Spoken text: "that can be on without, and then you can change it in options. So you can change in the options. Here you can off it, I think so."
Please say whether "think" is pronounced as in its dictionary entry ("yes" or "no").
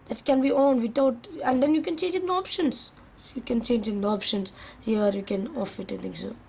no